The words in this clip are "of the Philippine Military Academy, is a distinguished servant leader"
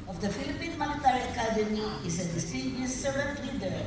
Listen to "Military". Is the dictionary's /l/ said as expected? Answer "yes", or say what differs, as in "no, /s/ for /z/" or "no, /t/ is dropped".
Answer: no, /n/ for /l/